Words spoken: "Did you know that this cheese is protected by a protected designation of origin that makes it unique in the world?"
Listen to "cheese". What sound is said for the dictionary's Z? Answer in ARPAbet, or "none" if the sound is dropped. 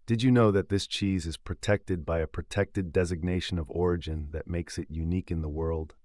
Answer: Z